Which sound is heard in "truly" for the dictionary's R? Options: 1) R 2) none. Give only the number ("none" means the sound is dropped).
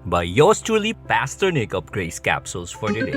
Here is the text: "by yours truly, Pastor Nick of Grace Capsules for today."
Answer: 2